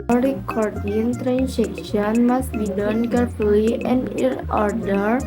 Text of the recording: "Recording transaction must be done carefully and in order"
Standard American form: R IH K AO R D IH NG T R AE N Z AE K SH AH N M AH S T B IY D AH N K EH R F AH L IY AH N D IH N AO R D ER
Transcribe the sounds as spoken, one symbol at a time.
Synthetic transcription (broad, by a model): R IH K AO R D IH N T R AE N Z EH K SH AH N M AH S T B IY D AH N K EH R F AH IY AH N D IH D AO R D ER